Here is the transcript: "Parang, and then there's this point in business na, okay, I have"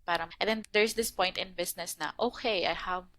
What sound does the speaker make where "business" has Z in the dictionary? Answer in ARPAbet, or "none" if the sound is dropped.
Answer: S